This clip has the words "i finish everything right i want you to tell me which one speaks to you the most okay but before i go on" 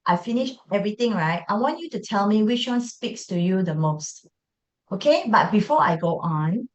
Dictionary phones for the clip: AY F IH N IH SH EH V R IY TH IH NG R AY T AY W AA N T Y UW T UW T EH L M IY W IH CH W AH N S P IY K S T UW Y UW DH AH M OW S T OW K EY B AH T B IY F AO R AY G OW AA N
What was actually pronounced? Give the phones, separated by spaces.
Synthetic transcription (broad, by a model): AY F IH N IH SH EH V R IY T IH NG R AY T AY W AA N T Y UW T UW T EH L M IY W IH CH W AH N S P IY K S T UW Y UW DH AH M OW S T OW K EY B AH T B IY F AO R AY G OW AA N